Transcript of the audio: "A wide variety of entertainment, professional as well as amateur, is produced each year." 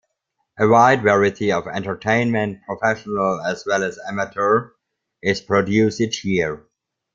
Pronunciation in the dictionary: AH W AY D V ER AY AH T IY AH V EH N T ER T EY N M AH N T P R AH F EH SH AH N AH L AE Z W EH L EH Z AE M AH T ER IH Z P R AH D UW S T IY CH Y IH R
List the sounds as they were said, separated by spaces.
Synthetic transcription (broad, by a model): AH W AY D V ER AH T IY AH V EH N T ER T EY N M AH N T P R AH F EH SH AH N AH L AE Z W EH L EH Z AE M AH T ER IH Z P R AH D UW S IH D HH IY R